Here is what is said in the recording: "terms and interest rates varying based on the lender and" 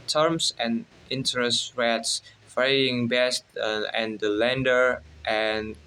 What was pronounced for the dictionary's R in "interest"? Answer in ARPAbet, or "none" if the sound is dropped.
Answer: R